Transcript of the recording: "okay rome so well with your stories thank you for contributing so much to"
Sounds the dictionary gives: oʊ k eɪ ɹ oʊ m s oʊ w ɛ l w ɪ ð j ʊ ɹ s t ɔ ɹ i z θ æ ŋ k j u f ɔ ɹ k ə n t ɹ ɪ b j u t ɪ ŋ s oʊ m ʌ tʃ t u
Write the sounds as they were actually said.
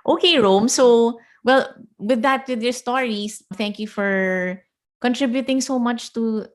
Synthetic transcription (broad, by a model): oʊ k eɪ ɹ oʊ m s oʊ w ɛ l w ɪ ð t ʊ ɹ s t ɔ ɹ i s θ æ ŋ k j u f ɔ ɹ k ə n t ɹ ɪ b j u t ɪ ŋ s oʊ m ʌ tʃ t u